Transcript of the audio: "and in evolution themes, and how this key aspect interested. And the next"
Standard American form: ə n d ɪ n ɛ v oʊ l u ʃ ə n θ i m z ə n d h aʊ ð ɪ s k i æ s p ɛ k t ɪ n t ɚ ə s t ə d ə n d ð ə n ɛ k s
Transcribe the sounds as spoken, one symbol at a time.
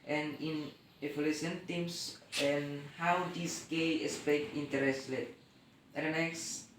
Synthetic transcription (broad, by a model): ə n ɪ n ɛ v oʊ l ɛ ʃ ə n t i m s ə n h aʊ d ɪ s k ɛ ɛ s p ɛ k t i n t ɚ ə s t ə ə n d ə n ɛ k s